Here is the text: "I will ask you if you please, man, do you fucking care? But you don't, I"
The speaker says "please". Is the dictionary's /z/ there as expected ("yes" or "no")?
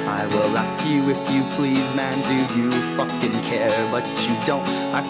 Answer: yes